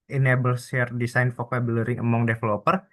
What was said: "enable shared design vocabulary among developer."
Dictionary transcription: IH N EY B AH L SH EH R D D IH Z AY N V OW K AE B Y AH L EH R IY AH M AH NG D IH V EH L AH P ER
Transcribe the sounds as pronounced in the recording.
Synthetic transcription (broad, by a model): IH N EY B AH L S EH R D D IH S AY N F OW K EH B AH L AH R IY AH M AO NG D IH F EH L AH P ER